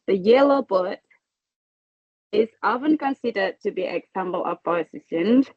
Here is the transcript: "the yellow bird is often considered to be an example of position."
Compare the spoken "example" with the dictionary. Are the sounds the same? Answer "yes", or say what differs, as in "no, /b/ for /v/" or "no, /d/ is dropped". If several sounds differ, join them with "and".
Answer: no, /b/ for /p/